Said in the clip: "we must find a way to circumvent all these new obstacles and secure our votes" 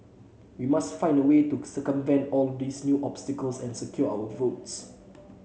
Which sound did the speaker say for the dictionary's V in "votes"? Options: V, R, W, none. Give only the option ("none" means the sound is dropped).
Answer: V